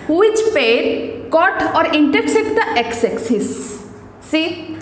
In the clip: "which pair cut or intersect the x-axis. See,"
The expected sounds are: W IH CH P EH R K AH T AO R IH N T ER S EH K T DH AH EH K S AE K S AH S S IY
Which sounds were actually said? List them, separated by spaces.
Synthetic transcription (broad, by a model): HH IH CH P EH R K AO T AO R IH N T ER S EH T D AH EH K S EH K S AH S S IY